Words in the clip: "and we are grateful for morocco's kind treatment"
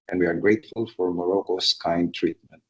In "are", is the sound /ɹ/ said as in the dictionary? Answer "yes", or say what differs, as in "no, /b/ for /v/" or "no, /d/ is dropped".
yes